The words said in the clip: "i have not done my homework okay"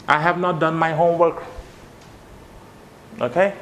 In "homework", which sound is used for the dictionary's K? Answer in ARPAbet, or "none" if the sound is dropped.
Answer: K